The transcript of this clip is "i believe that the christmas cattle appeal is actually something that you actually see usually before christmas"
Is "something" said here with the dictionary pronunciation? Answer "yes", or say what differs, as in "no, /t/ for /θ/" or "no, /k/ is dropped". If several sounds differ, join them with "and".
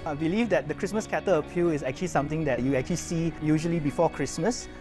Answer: no, /t/ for /θ/